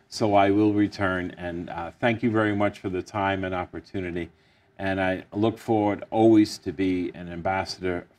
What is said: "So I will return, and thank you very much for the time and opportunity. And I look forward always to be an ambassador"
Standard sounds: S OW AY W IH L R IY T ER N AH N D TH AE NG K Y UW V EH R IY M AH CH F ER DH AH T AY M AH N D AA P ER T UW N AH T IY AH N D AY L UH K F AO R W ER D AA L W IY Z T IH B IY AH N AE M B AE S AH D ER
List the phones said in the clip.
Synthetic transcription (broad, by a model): S OW AY W IH L R IY T ER N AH N TH AE NG K Y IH V EH R IY M AH CH F ER DH AH T AY M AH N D AA P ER T UW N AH T IY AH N AY L UH K F AO R W ER D AA L W IY Z T IH B IY AH N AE M B AE S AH D ER